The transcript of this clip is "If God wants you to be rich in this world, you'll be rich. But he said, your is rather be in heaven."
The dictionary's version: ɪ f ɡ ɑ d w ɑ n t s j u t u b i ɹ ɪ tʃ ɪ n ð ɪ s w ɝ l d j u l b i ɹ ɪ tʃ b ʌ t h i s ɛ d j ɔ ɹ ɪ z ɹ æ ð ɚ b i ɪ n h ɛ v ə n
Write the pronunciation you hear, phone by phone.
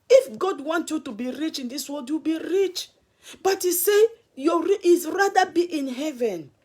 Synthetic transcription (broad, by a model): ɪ f ɡ ɑ d w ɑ n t j u t u b i ɹ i tʃ ɪ n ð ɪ s w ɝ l d j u b i ɹ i tʃ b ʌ t h i s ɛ j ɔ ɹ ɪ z ɹ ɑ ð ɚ b i ɪ n h ɛ v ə n